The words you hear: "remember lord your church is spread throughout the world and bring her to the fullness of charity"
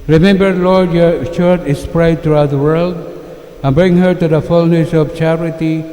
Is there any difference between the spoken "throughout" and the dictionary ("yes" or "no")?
yes